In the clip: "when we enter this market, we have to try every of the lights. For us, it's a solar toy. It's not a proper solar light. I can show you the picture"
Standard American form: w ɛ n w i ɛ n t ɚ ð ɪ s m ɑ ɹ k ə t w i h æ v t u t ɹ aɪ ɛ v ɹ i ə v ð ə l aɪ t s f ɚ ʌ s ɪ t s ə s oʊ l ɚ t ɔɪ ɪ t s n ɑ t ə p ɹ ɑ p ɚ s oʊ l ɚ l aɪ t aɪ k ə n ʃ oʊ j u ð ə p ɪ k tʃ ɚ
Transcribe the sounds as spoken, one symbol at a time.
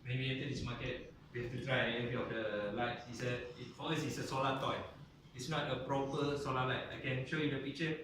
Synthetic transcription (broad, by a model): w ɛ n w i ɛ n t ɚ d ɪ s m ɑ k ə t w i h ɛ f t u t ɹ aɪ ɛ v ɹ i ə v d ə l aɪ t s f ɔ ʌ s ɪ t s ə s oʊ l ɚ t ɔɪ ɪ t s n ɑ t ə p ɹ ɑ p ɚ s oʊ l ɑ l aɪ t aɪ k ə n ʃ oʊ j u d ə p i k tʃ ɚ